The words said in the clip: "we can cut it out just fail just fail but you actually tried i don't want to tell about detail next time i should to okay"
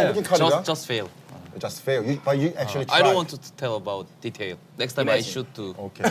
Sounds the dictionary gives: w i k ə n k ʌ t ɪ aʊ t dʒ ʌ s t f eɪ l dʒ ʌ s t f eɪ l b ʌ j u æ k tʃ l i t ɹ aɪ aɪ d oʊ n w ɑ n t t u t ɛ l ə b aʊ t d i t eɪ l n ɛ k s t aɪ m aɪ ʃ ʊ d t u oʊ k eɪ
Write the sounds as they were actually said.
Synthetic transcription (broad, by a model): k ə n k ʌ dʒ ɪ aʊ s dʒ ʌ s t f eɪ l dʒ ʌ s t f eɪ l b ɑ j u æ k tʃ i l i aɪ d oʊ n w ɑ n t t u t ɛ l ə b aʊ t d i t eɪ l n ɛ k s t aɪ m aɪ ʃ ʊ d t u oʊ k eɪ